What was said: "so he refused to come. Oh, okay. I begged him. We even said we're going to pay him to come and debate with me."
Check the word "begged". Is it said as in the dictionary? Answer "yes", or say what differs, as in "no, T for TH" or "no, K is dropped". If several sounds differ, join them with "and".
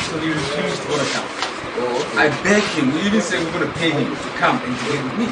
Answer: no, D is dropped